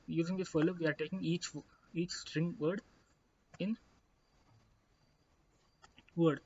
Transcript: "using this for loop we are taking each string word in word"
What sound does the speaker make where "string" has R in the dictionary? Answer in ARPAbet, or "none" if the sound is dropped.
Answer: R